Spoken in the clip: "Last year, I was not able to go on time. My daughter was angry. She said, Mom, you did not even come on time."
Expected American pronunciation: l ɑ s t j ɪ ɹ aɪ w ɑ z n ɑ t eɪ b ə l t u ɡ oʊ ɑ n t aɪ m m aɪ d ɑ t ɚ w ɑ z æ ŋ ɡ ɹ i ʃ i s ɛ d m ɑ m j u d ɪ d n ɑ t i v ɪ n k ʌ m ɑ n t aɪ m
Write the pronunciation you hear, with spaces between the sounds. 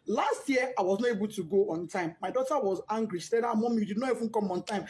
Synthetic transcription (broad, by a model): l ɑ s t j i aɪ w ɑ z n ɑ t eɪ b ə l t u ɡ oʊ ɑ n t aɪ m m aɪ d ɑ t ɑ w ɑ z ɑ ŋ ɡ ɹ i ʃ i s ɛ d m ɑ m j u d ɪ d n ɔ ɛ f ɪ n k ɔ m ɑ n t aɪ m